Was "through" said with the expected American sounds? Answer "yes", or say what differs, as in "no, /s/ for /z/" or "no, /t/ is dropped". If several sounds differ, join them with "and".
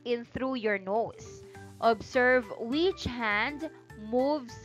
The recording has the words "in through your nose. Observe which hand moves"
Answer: yes